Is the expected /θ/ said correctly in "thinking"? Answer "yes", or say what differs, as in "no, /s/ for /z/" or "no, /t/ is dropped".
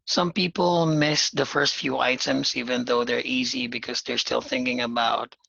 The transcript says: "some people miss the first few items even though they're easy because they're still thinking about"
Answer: yes